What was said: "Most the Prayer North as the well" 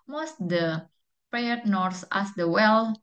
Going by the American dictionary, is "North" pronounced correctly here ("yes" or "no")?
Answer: no